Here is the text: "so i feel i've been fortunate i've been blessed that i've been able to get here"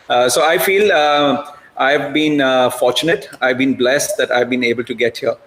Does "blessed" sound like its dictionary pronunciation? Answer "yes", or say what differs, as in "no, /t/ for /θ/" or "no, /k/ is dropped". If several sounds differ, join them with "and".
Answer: yes